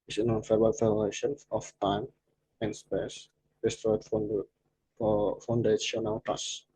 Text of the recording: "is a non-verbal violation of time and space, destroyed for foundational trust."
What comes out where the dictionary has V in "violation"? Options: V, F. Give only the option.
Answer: F